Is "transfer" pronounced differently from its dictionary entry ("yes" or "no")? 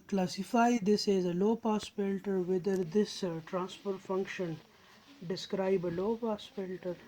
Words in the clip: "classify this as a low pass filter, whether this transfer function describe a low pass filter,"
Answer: yes